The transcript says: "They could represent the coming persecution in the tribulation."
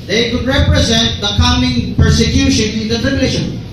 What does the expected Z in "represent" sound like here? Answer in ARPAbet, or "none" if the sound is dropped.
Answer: Z